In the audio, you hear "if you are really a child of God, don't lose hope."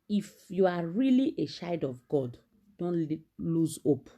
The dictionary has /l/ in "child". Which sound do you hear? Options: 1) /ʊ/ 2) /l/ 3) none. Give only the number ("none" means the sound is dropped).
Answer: 3